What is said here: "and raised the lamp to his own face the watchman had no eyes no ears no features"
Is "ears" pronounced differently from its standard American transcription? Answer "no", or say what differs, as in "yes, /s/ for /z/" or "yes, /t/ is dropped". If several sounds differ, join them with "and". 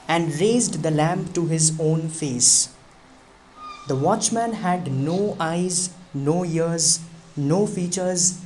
no